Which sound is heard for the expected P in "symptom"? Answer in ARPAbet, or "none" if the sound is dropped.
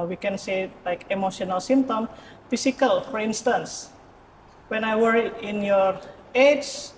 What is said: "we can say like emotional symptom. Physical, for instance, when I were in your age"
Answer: none